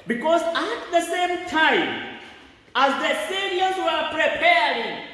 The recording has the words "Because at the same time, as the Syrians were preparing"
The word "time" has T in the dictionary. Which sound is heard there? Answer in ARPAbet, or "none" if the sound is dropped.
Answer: T